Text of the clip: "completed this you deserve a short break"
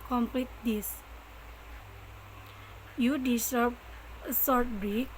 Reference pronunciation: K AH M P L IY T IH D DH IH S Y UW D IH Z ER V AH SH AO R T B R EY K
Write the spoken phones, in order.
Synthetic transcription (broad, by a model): K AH M P L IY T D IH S Y UW D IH S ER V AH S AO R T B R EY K